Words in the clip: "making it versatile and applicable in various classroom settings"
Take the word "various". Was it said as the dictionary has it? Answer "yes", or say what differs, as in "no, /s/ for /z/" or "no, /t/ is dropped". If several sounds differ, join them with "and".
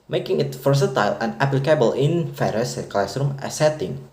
no, /f/ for /v/